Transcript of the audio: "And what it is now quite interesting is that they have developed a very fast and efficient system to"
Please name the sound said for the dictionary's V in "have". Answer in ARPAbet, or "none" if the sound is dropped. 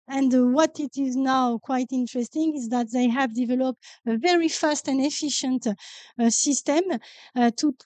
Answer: V